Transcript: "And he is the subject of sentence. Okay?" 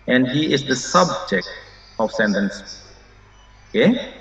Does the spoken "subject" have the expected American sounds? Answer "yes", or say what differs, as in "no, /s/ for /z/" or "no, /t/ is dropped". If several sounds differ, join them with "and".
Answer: yes